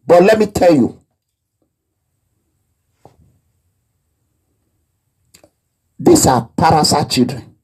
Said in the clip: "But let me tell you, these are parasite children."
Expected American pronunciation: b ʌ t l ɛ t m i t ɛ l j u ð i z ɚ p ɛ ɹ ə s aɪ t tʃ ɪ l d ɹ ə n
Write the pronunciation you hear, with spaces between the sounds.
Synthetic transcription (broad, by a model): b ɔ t l ɛ t m i t ɛ l j u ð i s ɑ p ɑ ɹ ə s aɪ tʃ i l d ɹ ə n